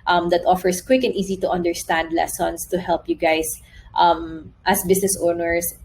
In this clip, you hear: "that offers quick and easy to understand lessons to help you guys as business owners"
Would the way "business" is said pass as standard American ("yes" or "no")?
no